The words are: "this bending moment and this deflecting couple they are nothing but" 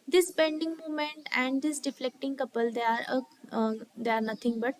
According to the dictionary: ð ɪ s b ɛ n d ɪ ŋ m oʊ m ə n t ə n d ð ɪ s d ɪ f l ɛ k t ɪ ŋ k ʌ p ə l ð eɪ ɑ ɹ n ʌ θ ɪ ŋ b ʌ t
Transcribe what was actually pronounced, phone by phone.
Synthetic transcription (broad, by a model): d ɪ s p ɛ n d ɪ ŋ m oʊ m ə n t ə n d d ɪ s d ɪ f l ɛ k t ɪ ŋ k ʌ p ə l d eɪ ɑ ɹ n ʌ t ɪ ŋ b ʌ t